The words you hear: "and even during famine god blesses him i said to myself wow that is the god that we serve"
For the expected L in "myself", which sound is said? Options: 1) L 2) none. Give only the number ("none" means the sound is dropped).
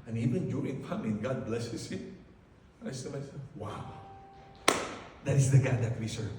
2